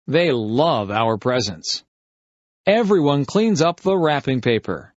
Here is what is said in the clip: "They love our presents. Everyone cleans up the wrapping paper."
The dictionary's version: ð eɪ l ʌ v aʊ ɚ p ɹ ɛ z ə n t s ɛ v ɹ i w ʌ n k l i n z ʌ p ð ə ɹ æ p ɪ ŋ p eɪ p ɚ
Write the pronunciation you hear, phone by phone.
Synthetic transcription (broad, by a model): ð eɪ l ʌ v aʊ ɚ p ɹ ɛ z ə n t s ɛ v ɹ i w ʌ n k l i n z ʌ p ð ə ɹ æ p ɪ ŋ p eɪ p ɚ